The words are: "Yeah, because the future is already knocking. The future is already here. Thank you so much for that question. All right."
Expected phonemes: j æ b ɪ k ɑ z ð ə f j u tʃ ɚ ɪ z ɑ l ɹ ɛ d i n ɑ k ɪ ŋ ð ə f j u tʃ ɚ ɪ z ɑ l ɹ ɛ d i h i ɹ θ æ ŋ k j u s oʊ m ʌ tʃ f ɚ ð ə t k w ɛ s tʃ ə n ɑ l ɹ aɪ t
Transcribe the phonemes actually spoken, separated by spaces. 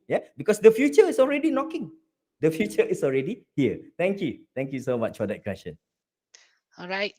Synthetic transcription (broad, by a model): j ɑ b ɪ k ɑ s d ə f j u tʃ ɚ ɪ s ɑ l ɹ ɛ d i n ɑ k ɪ ŋ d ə f j u tʃ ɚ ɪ s ɑ l ɹ ɛ d i h i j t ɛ ŋ k j u s oʊ m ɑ tʃ f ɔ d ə t k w ɛ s ʃ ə n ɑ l ɹ aɪ t